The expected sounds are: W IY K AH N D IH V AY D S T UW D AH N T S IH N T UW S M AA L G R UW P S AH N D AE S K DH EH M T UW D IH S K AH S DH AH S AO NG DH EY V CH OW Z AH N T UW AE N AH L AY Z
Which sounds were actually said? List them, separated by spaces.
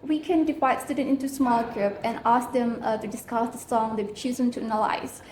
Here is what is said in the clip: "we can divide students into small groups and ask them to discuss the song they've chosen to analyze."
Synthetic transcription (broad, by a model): W IY K AH N D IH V AY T S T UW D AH N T IH N T UW S M AA L G R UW P AH N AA S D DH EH M T UW D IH S K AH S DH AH S AO NG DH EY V CH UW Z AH N T UW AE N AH L AY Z